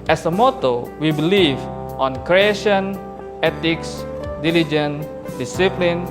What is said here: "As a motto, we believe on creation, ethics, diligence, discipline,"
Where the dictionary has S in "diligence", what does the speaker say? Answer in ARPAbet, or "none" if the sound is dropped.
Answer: none